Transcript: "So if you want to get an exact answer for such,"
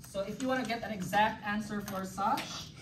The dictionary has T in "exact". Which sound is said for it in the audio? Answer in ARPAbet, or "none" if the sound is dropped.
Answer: T